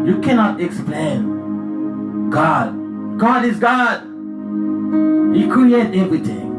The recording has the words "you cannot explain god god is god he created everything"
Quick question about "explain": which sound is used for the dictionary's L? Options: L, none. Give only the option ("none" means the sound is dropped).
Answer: L